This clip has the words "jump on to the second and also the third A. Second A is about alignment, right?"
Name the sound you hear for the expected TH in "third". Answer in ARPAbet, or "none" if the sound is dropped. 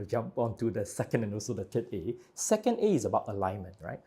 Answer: T